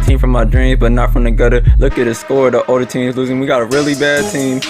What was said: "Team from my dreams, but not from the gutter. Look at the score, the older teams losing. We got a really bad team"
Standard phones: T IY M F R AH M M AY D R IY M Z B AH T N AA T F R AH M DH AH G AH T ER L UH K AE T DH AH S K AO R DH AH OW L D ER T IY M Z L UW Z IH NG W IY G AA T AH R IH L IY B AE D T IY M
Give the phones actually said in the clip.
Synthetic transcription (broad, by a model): T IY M F R AH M M AY D R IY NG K B AH T N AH T F R AH M DH AH G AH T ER L UH K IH T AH S K AO R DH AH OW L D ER T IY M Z L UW Z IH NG W IY G AA T AH R IH L IY B AE D T IY M